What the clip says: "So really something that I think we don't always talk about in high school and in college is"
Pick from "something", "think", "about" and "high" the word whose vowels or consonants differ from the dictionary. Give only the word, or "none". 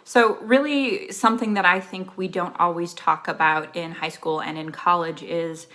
none